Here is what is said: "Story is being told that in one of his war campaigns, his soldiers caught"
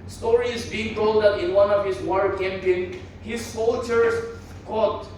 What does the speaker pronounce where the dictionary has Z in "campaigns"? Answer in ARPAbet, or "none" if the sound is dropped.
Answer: none